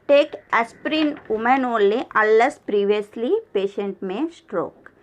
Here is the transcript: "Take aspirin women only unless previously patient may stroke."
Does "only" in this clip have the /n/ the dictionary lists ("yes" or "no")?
no